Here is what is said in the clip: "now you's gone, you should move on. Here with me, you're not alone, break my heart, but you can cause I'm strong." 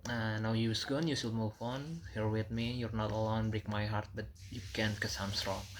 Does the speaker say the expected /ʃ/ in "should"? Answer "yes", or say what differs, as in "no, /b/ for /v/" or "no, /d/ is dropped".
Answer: no, /s/ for /ʃ/